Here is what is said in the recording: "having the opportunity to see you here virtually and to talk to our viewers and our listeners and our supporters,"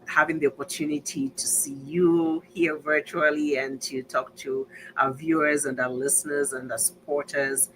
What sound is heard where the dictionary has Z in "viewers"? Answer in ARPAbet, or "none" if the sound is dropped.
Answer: Z